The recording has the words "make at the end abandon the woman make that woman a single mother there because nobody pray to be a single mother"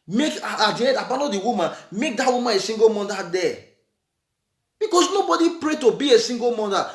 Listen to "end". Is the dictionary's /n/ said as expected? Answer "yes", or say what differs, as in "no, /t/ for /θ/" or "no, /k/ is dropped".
no, /n/ is dropped